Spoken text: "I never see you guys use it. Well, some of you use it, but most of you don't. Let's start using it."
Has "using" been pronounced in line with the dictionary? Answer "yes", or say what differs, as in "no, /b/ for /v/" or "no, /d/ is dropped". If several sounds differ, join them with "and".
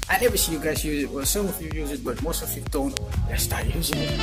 yes